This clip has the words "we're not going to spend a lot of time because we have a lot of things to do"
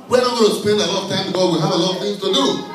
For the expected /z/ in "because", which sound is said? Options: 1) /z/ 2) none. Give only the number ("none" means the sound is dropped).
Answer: 2